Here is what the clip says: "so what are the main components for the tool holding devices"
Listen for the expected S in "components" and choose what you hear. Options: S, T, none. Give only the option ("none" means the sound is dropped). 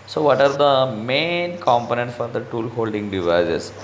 none